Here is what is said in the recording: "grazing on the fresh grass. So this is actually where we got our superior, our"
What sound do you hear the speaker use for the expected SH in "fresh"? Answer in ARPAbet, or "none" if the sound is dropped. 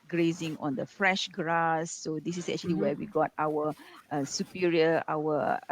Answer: SH